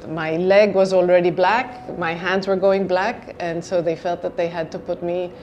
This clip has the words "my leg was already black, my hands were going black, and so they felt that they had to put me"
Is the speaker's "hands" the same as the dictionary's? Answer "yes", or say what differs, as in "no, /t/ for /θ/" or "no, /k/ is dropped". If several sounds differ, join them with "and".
yes